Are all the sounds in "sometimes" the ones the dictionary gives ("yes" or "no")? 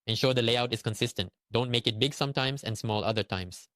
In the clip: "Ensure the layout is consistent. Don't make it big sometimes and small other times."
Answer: no